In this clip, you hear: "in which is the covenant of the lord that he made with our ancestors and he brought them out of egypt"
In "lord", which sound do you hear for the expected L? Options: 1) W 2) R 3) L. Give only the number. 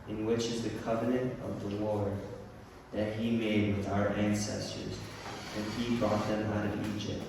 1